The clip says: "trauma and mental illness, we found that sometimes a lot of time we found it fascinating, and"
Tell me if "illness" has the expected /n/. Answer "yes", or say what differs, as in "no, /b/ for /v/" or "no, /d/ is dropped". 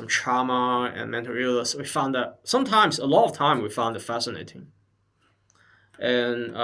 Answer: no, /n/ is dropped